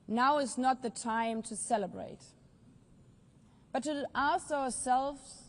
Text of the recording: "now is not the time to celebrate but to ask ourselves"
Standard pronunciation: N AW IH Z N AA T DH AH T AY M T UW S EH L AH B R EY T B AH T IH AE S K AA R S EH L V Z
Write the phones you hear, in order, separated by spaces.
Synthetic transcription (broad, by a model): N AW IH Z N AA T DH AH T AY M T UW S EH L AH B R EY T B AH T IH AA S AA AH S EH L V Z